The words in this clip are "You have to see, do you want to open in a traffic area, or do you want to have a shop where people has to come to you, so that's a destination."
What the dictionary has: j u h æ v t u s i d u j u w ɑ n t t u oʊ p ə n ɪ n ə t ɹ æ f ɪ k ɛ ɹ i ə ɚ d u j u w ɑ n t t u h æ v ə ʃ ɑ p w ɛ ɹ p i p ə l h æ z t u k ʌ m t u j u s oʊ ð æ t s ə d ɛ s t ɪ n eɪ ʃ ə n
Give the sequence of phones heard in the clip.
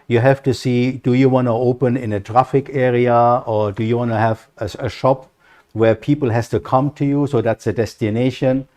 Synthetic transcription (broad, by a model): j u h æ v t u s i d u j u w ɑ n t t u oʊ p ə n ɪ n ə t ɹ æ f ɪ k ɛ ɹ i ə ɚ d u j u w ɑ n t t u h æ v ə ʃ ɑ p w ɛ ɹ p i p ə l h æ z t u k ʌ m t u j u s oʊ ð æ t s ə d ɛ s t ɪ n eɪ ʃ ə n